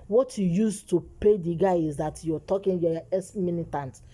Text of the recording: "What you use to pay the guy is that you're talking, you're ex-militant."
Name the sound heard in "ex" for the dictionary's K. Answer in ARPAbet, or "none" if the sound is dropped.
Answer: none